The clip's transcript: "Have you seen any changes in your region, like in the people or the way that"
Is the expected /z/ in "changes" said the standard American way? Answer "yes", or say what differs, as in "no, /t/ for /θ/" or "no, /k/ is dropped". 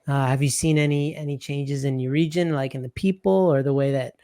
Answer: yes